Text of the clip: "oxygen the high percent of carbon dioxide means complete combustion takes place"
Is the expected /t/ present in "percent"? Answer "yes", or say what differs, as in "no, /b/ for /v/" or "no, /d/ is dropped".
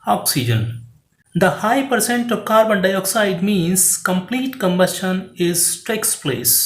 yes